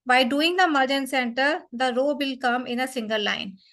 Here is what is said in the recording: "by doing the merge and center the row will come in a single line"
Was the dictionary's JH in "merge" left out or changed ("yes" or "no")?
no